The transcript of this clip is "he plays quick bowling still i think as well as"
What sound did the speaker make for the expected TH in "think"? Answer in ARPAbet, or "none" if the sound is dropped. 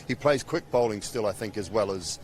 TH